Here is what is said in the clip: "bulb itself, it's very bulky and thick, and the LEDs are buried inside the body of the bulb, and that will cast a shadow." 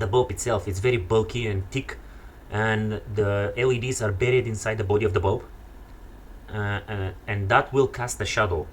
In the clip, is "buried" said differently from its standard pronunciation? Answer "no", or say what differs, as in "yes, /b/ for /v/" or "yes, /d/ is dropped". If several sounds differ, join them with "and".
no